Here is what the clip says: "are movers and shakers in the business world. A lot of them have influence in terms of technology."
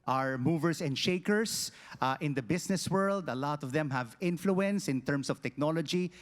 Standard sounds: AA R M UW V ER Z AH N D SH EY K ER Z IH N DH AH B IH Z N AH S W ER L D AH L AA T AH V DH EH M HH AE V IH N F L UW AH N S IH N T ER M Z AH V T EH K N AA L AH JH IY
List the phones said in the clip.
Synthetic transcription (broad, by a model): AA R M UW V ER S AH N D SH EY K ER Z IH N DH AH B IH S N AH S W ER L D AH L AA T AH V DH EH M HH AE V IH N F L UW AH N S IH N T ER M S AH V T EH K N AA L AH JH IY